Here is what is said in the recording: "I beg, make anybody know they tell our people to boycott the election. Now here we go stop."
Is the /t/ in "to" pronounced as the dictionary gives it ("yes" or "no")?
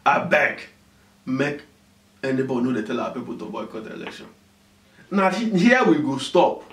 yes